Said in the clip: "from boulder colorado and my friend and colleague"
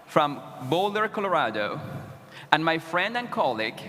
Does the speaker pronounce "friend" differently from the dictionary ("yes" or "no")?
no